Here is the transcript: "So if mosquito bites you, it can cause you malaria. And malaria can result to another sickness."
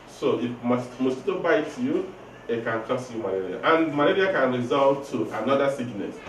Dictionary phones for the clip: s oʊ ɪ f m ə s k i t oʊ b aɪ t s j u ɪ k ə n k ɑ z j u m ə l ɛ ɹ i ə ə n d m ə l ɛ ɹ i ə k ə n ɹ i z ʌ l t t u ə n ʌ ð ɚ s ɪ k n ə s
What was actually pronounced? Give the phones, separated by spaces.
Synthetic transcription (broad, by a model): s oʊ ɪ f m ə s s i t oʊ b aɪ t j u ɪ k ə n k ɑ s j u m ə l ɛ ɹ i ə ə n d m ə l ɛ ɹ i ə k ə n ɹ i z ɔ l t t u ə n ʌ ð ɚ s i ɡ n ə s